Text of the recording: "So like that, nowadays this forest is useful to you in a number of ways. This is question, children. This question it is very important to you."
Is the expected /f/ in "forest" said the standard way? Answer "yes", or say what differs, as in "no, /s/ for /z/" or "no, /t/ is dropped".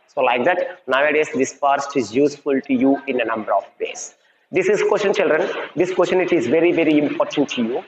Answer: no, /p/ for /f/